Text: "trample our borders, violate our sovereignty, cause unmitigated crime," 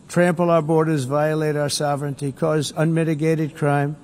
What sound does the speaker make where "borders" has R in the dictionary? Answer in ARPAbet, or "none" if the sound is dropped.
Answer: R